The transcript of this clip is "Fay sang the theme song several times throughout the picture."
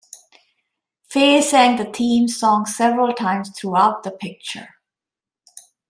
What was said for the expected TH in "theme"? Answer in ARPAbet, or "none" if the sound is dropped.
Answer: T